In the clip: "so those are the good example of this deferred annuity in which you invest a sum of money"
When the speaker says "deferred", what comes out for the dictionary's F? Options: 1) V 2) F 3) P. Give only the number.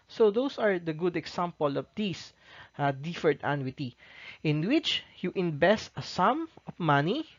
2